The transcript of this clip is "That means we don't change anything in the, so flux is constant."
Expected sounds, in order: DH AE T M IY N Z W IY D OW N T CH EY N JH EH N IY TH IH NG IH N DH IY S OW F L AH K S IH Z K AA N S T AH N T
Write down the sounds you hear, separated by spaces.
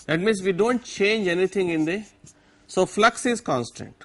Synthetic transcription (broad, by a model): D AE T M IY N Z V IY D OW N T CH EY N JH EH N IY T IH NG IH N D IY S OW F L AH K S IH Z K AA N S T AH N T